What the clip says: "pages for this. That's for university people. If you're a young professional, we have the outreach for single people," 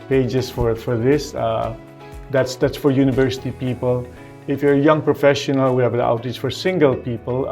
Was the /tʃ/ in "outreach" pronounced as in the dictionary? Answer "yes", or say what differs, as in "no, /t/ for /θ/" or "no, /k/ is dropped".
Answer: no, /s/ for /tʃ/